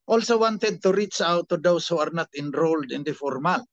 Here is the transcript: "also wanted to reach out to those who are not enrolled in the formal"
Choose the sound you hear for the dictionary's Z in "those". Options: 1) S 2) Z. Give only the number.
1